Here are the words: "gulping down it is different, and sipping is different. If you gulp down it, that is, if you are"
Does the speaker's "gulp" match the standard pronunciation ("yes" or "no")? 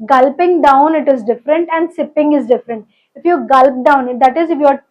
yes